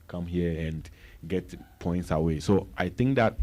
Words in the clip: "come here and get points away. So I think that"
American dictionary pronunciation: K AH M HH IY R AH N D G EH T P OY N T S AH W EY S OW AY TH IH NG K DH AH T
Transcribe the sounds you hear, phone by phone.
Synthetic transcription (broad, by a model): K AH M HH IY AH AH N G EH T P OY N T S AH W EY S OW AY T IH NG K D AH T